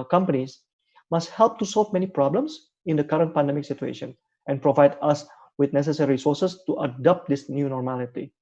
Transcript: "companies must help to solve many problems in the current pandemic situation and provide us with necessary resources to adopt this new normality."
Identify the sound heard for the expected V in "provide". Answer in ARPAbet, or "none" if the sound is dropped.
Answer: V